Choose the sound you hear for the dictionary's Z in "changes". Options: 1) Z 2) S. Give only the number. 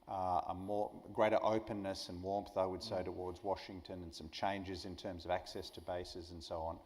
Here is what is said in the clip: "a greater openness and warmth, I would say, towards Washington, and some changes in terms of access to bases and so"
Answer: 1